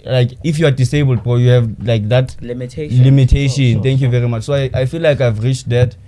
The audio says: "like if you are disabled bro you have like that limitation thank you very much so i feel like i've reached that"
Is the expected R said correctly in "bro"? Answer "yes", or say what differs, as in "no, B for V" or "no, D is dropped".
no, R is dropped